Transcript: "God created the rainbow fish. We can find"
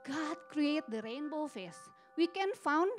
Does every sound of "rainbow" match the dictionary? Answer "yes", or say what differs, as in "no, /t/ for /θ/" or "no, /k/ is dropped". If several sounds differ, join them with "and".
yes